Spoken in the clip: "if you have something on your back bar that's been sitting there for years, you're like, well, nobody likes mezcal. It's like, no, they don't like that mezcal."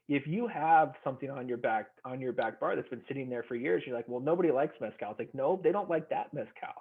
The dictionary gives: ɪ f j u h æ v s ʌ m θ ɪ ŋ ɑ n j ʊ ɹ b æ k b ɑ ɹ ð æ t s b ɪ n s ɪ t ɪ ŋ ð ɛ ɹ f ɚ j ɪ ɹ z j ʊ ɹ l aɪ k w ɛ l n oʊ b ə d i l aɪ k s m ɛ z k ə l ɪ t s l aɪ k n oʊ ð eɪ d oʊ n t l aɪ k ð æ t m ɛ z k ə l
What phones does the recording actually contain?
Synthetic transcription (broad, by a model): ɪ f j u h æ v s ʌ m θ ɪ ŋ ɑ n j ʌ ɹ b æ k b ɑ ɹ ð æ t s b ɪ n s ɪ t ɪ ŋ ð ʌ ɹ f ɚ j ɪ ɹ z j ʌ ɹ l aɪ k w ɛ l n oʊ b ə d i l aɪ k s m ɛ s k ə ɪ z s l aɪ k n oʊ ð eɪ d oʊ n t l aɪ k ð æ t m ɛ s k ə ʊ